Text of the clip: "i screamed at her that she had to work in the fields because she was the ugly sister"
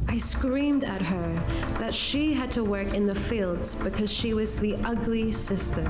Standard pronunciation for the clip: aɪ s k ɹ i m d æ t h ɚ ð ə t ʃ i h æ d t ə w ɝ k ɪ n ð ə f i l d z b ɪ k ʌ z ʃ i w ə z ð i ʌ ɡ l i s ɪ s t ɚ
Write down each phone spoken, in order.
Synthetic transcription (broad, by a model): aɪ s k ɹ i m d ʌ t h ɚ ð ə t ʃ i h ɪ d t ə w ɝ k ɪ n ð ə f i l d z b ɪ k ʌ z ʃ i w ə z ð i ʌ ɡ l i s ɪ s t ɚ